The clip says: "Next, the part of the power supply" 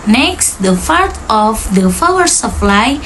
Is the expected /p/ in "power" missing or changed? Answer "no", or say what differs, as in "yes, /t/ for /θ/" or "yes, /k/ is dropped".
yes, /f/ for /p/